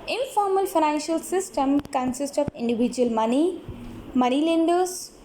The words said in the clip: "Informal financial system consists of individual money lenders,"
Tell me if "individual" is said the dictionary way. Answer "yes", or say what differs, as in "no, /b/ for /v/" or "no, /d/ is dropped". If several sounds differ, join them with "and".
no, /n/ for /l/